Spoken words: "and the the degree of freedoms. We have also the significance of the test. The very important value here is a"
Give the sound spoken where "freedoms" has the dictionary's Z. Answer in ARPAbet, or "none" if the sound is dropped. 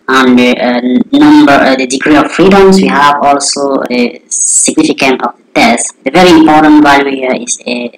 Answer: S